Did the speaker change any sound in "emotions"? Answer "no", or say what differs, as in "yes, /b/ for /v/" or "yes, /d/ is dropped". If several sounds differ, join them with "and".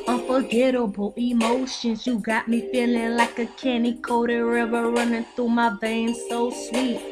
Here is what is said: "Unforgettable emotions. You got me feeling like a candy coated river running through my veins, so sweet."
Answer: no